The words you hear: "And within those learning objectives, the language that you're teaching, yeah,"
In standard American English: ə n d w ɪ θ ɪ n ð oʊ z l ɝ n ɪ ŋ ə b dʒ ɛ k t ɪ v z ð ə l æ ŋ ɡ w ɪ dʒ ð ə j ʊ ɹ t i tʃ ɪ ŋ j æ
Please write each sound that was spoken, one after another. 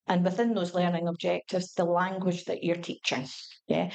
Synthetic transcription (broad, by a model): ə n w ɪ θ ɪ n ð oʊ z l ɝ n ɪ ŋ ə b dʒ ɛ k t ɪ v z ð ə l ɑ ŋ ɡ w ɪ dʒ ð ə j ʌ ɹ t i tʃ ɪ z j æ